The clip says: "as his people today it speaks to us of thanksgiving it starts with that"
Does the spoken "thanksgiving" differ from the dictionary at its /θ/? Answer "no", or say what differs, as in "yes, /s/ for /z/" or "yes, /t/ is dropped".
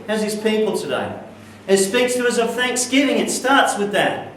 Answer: no